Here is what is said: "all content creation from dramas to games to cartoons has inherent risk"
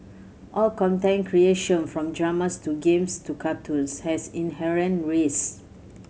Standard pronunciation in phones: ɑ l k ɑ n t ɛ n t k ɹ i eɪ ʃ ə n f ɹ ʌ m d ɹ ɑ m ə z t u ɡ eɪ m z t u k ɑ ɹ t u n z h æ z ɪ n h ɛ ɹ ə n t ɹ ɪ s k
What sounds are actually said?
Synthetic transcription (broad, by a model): ɑ l k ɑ n t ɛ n k ɹ i eɪ ʃ ə n f ɹ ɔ m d ɹ ɑ m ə s t u ɡ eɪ m s t u k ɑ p t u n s h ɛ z ɪ n h ɛ ɹ ə n t ɹ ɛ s